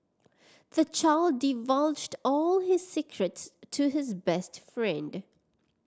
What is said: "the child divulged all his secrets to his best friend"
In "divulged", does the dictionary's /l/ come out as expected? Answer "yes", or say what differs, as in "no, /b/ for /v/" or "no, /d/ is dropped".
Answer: yes